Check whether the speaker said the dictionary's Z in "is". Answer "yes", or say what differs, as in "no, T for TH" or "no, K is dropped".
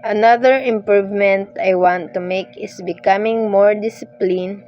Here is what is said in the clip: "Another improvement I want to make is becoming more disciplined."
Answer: no, S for Z